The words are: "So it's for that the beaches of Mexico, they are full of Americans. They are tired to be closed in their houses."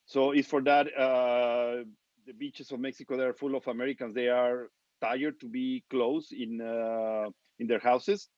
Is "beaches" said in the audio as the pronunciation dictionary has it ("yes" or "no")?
no